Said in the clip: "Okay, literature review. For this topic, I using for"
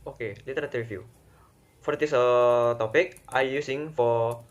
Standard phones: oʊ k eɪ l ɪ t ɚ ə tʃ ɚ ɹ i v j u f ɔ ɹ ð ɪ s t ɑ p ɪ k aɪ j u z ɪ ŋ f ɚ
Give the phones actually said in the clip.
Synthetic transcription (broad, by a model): oʊ k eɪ l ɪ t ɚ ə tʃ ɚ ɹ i f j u f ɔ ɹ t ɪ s t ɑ p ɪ k aɪ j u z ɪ ŋ f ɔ